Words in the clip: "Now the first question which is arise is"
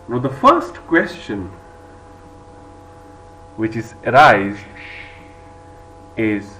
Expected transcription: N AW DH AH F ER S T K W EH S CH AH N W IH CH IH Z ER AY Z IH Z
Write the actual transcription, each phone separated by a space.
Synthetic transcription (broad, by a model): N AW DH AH F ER S T K W EH S CH AH N W IH CH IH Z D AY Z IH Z